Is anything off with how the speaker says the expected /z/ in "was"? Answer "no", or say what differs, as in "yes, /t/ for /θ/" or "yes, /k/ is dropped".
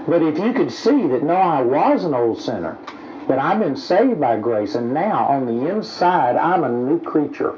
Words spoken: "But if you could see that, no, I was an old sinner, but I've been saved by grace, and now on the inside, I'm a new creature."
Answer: no